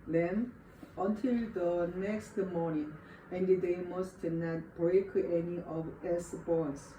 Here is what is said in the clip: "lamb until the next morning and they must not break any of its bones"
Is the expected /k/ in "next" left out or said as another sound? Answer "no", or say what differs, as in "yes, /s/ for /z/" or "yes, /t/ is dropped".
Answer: no